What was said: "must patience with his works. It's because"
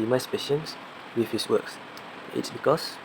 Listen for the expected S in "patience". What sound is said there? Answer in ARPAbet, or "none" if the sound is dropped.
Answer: S